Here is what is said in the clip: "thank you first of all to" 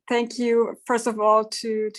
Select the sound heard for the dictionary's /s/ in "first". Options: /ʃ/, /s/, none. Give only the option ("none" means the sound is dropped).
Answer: /s/